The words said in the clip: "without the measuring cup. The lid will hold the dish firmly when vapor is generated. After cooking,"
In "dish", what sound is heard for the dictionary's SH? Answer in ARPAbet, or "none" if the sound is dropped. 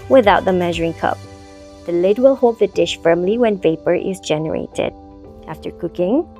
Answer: SH